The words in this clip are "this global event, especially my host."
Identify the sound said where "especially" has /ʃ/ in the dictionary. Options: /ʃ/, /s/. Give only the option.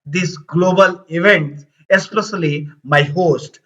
/s/